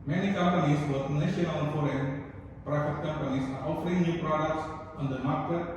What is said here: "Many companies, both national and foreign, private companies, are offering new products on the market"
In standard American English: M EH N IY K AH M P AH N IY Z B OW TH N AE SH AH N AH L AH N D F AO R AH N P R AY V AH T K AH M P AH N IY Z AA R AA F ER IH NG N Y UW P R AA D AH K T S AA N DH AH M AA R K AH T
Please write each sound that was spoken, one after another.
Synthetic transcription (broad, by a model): M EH N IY K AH M P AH N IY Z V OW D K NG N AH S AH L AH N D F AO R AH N P R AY F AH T K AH M P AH N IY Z AA R AA F ER IH NG N Y UW P R AA D AH K T S AA N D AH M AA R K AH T